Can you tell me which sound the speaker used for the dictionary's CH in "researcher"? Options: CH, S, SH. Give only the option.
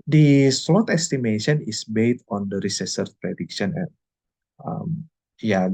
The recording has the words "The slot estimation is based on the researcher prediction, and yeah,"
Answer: S